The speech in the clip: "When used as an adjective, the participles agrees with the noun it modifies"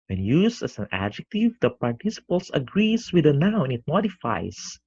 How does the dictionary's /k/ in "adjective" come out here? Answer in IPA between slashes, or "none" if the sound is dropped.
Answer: /k/